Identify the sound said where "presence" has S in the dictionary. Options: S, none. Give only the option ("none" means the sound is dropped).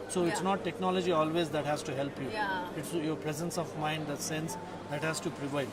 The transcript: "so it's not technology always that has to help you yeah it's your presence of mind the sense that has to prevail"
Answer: S